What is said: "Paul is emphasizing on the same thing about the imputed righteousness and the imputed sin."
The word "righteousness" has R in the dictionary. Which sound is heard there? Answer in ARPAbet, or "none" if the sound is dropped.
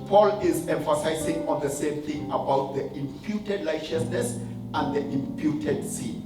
L